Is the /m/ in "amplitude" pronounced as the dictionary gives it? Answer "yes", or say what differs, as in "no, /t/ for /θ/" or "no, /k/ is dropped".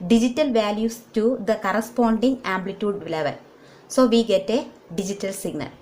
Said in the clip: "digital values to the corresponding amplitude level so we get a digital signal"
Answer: yes